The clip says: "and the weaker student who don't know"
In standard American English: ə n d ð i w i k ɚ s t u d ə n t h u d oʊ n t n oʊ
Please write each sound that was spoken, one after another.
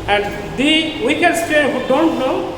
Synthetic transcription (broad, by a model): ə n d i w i k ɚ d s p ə t h u d oʊ n t n oʊ